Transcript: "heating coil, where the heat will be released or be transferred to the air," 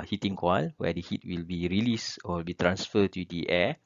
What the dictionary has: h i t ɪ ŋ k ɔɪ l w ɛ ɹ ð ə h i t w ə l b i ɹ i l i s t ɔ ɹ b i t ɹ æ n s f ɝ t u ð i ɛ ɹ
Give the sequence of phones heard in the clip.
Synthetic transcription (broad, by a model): h i t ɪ ŋ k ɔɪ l w ɛ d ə h i t w ə l b i ɹ i l i s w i l b i t ɹ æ n s f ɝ t u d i ɛ